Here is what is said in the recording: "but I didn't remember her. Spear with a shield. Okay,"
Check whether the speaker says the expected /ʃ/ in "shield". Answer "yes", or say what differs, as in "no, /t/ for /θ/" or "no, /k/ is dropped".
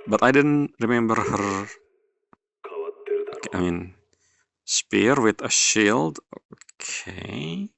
yes